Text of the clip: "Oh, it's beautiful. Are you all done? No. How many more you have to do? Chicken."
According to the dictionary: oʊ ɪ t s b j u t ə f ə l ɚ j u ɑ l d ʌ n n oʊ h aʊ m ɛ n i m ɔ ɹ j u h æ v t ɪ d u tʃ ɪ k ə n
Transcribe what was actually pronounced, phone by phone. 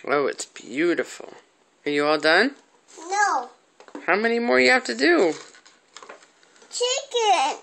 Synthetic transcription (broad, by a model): oʊ ɪ t s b j u t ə f l ɚ j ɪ ɑ l d ʌ n n oʊ h aʊ m ɛ n i m ɔ ɹ j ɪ h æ f t ɪ d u tʃ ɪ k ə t